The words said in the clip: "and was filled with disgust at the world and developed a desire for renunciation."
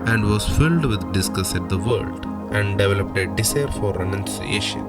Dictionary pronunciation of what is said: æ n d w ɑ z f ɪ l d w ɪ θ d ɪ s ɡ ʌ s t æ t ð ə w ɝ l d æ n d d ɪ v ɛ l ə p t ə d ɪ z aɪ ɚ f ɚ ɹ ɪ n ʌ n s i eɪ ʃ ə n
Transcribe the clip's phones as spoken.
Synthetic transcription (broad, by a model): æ n d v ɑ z f ɪ l d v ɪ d d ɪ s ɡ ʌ s æ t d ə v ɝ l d æ n d d ɪ v ɛ l ə p t ə d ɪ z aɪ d f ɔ ɹ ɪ n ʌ n s i eɪ ʃ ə n